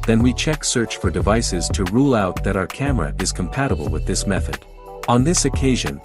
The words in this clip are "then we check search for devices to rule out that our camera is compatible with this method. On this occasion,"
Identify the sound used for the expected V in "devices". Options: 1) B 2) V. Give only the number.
2